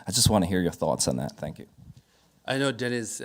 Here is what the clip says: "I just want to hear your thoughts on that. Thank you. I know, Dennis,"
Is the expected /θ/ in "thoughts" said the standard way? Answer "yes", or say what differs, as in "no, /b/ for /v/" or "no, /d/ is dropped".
yes